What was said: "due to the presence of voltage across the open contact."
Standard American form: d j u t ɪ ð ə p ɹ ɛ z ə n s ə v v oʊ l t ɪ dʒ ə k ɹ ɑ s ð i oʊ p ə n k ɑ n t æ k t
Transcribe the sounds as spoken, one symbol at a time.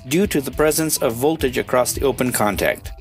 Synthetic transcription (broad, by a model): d j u t ɪ ð ə p ɹ ɛ z ə n s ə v v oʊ l t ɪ dʒ ə k ɹ ɑ s ð i oʊ p ə n k ɑ n t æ k t